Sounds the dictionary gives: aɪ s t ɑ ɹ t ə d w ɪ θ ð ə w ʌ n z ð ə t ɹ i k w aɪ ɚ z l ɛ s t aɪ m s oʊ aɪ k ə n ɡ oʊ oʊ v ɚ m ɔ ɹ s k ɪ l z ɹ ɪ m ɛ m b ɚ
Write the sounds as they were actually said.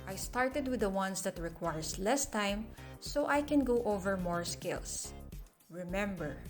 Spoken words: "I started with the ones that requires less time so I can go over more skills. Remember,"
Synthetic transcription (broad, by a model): aɪ s t ɑ ɹ t ə d w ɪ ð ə w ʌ n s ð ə t ɹ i k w aɪ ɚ s l ɛ s t aɪ m s oʊ aɪ k ə n ɡ oʊ oʊ v ɚ m ɔ ɹ s k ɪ l s ɹ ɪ m ɛ m b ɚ